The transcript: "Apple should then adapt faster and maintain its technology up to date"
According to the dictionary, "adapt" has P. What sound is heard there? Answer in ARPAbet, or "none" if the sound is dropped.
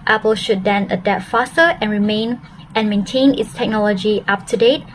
none